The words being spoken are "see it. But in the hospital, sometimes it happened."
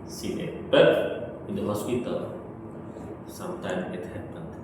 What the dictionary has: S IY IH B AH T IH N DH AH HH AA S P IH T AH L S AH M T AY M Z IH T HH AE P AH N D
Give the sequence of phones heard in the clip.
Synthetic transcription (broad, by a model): S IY IH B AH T IH N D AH HH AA S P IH T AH L S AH M T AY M IH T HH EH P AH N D